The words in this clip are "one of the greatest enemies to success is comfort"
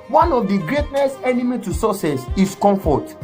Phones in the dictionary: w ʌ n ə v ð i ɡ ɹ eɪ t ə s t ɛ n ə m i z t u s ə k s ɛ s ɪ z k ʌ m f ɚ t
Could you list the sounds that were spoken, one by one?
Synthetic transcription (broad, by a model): w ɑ n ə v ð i ɡ ɹ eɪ t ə s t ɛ n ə m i t u s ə s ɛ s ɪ s k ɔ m f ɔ t